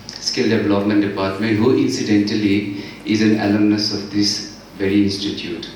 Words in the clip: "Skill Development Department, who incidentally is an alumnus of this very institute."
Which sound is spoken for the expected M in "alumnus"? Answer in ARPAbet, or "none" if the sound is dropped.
none